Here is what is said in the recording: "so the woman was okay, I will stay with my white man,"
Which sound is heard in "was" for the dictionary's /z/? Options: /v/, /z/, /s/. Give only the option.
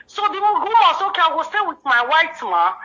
/s/